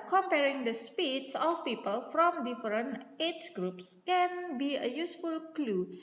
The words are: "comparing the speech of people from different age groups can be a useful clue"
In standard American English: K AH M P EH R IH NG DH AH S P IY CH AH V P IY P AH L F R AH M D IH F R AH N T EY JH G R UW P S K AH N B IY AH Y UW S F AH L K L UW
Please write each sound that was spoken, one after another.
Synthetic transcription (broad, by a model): K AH M P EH R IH NG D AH S P IY S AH F P IY P AH L F R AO M D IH F R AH N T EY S G R UW P S K AH N B IY AH Y UW S F AH L K L UW